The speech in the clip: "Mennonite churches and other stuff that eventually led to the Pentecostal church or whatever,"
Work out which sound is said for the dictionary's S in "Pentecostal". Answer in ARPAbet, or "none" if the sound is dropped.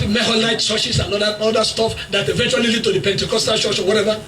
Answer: S